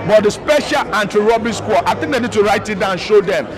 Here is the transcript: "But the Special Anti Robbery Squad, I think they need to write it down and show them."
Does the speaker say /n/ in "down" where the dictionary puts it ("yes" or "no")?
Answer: no